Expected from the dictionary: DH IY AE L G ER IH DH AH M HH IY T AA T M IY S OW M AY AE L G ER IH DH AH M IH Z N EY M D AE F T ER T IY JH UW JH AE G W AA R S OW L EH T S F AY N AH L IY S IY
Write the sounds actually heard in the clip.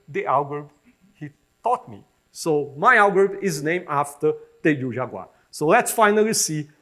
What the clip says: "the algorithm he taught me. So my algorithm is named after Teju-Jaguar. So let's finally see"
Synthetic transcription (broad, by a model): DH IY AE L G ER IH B HH IY T AA T M IY S OW M AY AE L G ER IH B IH Z N EY M AE F T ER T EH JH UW ZH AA G W AA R S OW L EH T S F AY N AH L IY S IY